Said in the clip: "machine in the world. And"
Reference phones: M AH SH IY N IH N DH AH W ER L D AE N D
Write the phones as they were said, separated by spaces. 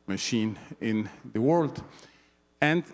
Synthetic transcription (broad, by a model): M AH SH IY N IH N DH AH W ER L D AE N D